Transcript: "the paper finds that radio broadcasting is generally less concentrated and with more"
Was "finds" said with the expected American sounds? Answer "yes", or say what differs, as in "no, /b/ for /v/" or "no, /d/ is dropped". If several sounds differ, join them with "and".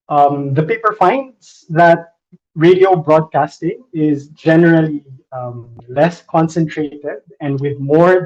yes